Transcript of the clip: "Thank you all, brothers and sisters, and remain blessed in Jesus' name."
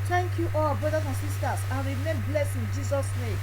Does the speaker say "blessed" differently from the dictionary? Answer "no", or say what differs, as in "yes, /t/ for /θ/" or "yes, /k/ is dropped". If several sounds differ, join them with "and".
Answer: yes, /t/ is dropped